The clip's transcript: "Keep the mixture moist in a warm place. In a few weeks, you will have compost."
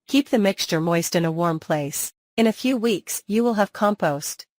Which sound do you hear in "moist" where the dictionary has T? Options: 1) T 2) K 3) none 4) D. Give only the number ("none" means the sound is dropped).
1